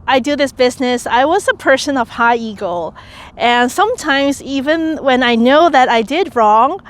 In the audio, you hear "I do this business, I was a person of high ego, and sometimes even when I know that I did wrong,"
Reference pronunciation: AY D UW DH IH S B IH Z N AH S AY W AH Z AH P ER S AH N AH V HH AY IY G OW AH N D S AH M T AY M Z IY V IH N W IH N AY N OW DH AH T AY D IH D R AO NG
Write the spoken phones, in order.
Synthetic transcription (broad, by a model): AY D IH DH IH S B IH Z N AH S AY W AH Z AH P ER S AH N AH V HH AY IY G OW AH N S AH M T AY M Z IY V IH N W IH N AY N OW DH AH T AY D IH D R AO NG